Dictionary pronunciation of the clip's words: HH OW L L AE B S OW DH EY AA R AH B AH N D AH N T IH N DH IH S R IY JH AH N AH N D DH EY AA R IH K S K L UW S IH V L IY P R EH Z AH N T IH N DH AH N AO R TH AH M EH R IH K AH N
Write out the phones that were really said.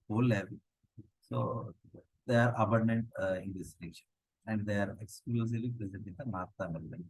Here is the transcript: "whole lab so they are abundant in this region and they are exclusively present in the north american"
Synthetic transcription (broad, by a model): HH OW L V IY S OW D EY AA R AH B AH N D AH N T IH N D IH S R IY SH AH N AH N D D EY AA R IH K S K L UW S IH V L IY P R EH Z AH N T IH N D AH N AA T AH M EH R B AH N